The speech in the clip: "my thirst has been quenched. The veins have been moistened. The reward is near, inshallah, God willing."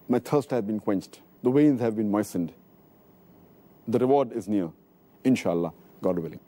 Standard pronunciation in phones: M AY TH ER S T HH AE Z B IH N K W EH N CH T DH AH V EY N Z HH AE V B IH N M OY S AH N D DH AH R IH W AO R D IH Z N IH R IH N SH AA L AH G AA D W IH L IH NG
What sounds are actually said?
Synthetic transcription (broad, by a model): M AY T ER S T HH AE B IH N K W EH N CH T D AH W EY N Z HH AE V B IH N M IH S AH N D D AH R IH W AO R D IH Z N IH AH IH N SH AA L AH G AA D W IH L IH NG